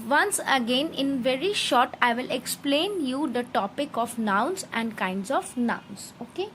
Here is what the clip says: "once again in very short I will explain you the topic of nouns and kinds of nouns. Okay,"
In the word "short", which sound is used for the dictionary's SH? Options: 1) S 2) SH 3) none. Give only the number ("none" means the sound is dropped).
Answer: 2